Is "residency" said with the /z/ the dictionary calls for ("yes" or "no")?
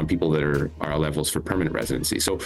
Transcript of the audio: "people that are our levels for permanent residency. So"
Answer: yes